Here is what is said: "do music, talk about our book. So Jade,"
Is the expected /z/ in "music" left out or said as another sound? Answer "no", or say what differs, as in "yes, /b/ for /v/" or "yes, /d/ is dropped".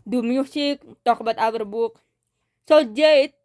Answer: yes, /s/ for /z/